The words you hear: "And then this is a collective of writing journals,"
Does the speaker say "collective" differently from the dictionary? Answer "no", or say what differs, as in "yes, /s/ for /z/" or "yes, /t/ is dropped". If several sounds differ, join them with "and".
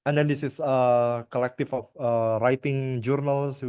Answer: yes, /f/ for /v/